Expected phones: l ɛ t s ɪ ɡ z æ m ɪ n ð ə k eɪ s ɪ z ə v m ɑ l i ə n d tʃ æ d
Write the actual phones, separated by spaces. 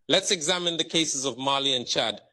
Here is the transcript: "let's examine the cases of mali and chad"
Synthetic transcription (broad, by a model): l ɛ t s ɪ ɡ z æ m ɪ n ð ə k eɪ s ɪ z ə v m ɑ l i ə n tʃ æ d